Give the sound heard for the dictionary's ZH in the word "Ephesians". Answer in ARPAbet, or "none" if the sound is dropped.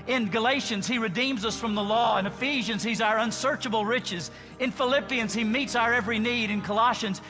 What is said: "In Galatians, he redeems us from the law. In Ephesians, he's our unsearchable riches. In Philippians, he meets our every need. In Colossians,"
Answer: ZH